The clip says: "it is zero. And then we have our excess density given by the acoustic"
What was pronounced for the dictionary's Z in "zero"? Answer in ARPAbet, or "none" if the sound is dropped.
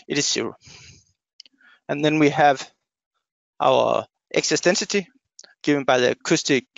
S